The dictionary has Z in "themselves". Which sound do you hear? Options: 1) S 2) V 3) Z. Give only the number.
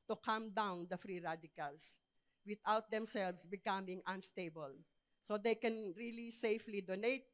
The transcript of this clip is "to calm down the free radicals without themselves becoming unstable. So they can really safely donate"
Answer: 1